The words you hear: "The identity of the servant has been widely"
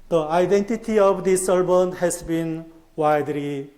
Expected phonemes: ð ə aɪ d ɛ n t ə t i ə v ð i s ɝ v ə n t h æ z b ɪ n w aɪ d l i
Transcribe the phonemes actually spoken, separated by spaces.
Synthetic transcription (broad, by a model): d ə aɪ d ɛ n t ə t i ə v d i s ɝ b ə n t h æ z b ɪ n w aɪ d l i